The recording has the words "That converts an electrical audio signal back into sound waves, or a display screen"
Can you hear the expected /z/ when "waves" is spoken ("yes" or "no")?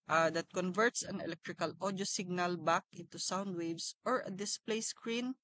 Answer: no